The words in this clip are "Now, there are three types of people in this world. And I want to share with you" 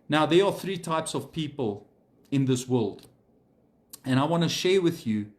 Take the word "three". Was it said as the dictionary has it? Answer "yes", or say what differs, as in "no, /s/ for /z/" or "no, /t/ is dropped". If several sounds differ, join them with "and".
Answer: yes